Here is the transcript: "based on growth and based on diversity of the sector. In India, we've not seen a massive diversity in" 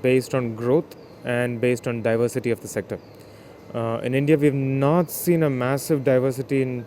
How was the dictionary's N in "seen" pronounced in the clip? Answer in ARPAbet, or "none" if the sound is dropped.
N